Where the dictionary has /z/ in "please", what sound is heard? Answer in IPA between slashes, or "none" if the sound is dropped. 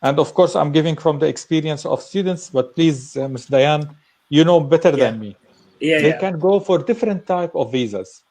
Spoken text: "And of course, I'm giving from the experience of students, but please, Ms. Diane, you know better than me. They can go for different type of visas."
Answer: /z/